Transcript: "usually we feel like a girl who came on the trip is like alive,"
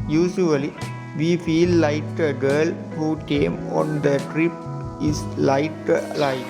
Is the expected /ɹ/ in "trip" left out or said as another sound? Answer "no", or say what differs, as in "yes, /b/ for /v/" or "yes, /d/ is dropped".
no